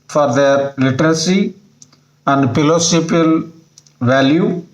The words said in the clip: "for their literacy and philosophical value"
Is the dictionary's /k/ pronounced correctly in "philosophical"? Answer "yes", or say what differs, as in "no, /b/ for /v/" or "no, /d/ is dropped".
no, /k/ is dropped